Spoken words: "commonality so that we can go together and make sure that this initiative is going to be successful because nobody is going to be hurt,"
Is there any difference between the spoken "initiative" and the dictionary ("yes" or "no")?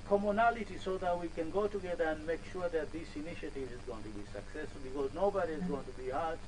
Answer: no